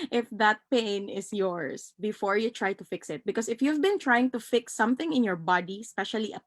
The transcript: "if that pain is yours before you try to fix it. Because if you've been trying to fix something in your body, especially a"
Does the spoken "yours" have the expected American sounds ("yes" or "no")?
no